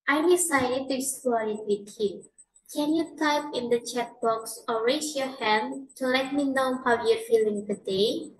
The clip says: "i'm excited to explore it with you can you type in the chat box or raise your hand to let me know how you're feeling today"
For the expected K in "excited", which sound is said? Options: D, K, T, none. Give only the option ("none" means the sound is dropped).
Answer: none